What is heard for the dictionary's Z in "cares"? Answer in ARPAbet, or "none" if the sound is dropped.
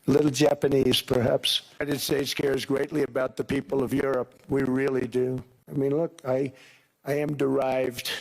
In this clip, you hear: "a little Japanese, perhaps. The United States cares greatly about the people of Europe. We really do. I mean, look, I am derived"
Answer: Z